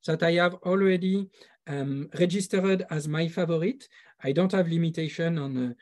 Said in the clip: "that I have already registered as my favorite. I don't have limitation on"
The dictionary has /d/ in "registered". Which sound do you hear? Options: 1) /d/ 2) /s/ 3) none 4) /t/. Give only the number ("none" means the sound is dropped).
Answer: 1